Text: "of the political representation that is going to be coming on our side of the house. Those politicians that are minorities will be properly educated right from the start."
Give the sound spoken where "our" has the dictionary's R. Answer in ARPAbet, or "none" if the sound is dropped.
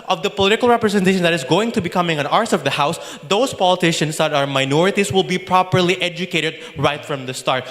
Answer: R